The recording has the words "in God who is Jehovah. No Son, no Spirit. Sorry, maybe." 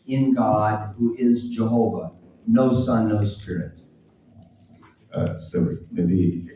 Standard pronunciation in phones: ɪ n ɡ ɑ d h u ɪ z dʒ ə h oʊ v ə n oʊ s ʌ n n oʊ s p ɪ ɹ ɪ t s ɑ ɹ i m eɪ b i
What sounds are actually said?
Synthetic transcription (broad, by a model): ɪ n ɡ ɑ d h u ɪ z dʒ ə h oʊ v ə n oʊ s ʌ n n oʊ s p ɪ ɹ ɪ t s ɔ i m eɪ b i